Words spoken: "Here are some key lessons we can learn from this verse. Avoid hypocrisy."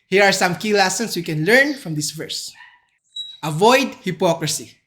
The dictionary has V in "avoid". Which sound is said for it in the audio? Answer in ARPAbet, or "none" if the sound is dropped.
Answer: V